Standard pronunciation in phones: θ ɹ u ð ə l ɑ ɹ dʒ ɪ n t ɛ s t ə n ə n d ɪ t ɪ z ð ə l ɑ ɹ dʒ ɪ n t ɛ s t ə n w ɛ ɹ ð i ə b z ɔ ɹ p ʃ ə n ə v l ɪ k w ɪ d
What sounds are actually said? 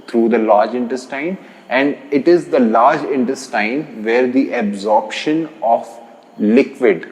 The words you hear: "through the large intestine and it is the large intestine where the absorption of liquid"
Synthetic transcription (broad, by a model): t ɹ u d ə l ɑ ɹ dʒ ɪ n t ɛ s t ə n ə n d ɪ t ɪ z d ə l ɑ ɹ dʒ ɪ n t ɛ s t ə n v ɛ ɹ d i ə b z ɔ ɹ p ʃ ə n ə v l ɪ k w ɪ d